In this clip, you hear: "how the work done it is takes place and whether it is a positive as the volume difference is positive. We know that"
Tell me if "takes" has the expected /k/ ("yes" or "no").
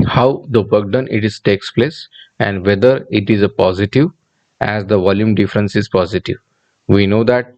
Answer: yes